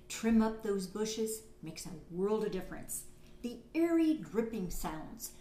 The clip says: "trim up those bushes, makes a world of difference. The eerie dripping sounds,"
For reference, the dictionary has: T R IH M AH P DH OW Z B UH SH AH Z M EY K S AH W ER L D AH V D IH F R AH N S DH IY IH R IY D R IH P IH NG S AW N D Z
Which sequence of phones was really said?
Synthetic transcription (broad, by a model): T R IH M AH P DH OW Z B UH SH AH Z M EY K S AH W ER L D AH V D IH F R AH N S DH IY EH R IY D R IH P IH NG S AW N D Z